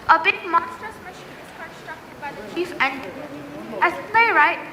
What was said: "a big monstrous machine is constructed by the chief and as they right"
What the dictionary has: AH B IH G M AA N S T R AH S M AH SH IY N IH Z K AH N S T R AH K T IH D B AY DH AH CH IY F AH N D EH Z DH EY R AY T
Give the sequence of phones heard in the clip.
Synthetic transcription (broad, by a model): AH B IH G M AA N S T AH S M AH SH IY N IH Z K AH N S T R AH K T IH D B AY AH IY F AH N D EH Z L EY R AY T